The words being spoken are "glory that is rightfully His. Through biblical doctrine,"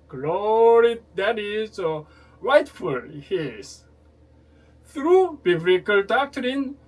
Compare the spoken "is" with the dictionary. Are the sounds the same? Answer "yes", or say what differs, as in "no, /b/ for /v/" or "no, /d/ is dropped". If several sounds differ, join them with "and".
no, /s/ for /z/